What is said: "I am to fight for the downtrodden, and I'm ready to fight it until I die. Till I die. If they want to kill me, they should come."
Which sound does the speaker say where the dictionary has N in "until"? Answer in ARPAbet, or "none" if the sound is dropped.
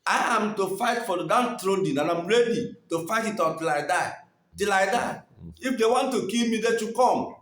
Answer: none